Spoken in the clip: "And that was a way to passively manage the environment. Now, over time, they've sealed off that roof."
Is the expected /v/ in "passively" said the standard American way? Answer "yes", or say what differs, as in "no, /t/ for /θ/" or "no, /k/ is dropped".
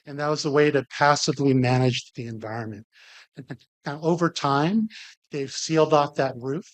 yes